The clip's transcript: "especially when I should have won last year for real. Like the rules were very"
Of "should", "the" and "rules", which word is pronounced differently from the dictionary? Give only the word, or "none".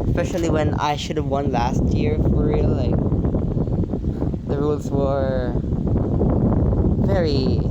none